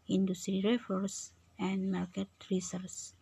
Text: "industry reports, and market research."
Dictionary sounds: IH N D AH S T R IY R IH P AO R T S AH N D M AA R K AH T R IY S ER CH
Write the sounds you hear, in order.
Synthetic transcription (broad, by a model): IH N D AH S T R IY R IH F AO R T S AH N D M AA R K AH T R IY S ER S